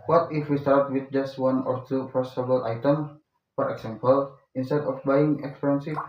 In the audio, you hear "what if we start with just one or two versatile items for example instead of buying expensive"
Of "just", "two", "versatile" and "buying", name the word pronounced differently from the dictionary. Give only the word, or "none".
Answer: versatile